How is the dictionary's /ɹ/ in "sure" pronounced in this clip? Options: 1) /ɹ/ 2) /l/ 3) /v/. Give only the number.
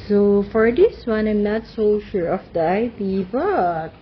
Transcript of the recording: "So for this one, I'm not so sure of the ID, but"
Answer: 1